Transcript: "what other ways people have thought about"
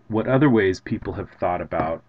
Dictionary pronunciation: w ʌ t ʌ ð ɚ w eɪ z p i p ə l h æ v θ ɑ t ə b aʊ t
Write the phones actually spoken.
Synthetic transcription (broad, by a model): w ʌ t ʌ ð ɚ w eɪ z p i p l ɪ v θ ɑ t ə b aʊ t